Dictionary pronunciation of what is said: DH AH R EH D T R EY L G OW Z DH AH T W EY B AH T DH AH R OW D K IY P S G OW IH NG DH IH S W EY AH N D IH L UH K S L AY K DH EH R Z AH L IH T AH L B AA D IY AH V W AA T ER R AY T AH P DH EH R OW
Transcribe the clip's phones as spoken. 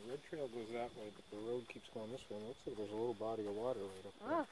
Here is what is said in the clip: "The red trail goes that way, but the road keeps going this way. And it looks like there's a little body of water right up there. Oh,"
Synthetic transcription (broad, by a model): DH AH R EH D T R EY L G OW Z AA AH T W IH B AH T DH AH R OW D K IY P S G OW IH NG DH IH S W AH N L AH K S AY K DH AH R Z AH L IH T L B AA D IY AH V W AA T ER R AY T AH P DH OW